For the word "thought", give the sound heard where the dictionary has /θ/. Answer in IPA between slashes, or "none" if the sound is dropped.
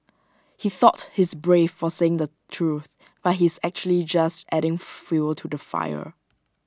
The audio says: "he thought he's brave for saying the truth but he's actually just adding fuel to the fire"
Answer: /θ/